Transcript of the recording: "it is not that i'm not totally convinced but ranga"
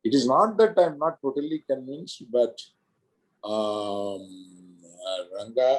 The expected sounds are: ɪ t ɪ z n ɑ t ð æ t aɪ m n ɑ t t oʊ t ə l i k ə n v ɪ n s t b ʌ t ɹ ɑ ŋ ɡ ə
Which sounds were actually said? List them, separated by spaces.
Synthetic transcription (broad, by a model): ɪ t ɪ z n ɑ t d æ t aɪ m n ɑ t t oʊ t ə l i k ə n ɪ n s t b ʌ t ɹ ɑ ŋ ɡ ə